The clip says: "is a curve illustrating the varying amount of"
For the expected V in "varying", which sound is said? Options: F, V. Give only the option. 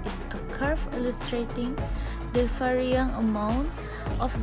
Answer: F